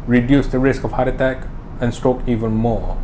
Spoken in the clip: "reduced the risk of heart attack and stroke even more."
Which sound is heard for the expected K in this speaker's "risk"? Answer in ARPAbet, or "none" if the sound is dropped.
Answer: K